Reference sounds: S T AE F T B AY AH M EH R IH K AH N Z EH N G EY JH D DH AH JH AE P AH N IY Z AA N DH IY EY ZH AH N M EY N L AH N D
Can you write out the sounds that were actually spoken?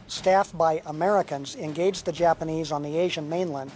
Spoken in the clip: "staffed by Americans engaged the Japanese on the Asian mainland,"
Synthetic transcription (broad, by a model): S T AE F B AY AH M EH R IH K AH N Z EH N G EY JH DH AH JH AE P AH N IY Z N DH IY EY ZH AH N M EY N L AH N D